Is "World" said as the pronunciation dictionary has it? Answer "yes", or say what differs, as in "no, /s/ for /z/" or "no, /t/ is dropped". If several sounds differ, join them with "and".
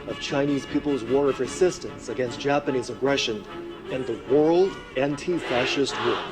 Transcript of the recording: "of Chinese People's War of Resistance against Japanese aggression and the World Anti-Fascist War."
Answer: yes